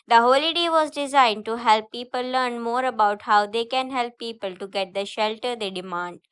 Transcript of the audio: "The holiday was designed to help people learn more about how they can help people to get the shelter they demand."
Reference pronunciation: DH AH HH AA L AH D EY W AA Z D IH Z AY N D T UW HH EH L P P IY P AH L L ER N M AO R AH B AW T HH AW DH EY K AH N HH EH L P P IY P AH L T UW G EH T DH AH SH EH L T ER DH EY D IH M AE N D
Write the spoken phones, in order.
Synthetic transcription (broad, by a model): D AH HH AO L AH D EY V AA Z D IH Z AY N D T UW HH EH L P P IY P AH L L ER N M AO R AH B AW T HH AW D EY K AH N HH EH L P P IY P AH L T UW G EH T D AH SH EH L T ER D EY D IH M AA N D